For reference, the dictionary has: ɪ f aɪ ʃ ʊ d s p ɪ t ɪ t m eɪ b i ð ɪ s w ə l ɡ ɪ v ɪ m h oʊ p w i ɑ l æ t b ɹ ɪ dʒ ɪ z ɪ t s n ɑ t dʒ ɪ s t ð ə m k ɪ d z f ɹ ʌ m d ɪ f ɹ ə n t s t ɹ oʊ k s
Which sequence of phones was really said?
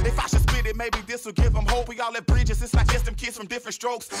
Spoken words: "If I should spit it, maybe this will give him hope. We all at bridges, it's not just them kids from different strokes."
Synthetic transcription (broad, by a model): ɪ f aɪ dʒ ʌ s b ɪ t ɪ t m eɪ b i ð ɪ s w ə l ɡ ɪ v ɪ m h oʊ p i ɑ l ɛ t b ɹ ɪ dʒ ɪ z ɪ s l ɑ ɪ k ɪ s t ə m k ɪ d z f ɹ ʌ m d ɪ f ɹ ə n t s t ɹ oʊ k s